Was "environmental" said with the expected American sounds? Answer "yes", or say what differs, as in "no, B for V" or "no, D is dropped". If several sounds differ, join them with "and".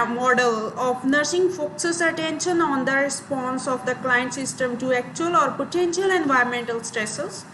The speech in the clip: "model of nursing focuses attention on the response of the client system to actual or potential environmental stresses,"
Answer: no, R is dropped